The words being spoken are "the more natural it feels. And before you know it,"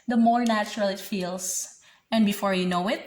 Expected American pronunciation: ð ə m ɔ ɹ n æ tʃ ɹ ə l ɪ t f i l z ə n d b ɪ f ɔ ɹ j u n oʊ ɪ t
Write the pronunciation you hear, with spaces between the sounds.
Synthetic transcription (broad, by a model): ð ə m ɔ ɹ n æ tʃ ɹ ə l ɪ t f i l s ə n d b ɪ f ɔ ɹ j u n oʊ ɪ t